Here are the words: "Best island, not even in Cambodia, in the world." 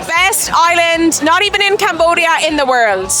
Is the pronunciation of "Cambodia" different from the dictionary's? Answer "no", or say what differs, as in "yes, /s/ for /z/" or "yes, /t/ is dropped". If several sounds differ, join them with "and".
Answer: no